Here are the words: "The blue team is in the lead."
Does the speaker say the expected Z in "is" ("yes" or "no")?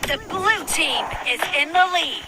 yes